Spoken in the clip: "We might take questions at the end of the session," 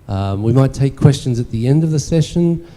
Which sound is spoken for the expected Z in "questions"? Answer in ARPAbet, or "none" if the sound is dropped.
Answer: Z